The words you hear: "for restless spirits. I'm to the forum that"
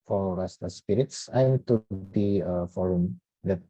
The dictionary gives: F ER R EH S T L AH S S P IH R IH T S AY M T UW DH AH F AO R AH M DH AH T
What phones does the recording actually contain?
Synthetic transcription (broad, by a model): F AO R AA S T AH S S P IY R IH T S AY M T UW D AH F AO R AH M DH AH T